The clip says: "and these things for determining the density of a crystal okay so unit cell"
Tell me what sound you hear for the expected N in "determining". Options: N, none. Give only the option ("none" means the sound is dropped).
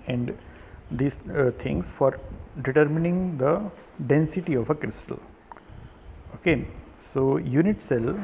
N